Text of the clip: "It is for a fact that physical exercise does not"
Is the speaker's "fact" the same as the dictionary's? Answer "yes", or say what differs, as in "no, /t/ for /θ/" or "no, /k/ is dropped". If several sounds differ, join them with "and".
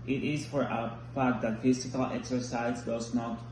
no, /p/ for /f/